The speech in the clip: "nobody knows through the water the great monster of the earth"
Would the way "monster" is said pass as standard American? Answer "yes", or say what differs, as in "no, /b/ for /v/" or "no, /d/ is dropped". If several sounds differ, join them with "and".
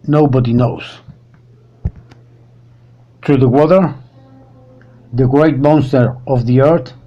yes